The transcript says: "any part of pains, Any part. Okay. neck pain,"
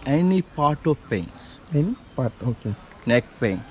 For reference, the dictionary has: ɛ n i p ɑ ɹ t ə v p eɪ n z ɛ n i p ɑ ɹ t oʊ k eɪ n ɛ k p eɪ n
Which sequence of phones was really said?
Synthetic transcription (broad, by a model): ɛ n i p ɑ ɹ t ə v p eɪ n s ɛ n i p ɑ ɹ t oʊ k eɪ n ɛ k p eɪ n